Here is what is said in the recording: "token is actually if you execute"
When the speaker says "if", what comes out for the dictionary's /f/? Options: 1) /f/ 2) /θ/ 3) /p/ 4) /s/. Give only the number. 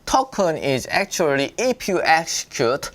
3